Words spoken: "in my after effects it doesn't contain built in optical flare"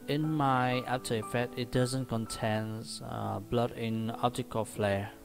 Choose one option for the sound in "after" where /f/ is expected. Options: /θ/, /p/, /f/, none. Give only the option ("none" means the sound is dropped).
/p/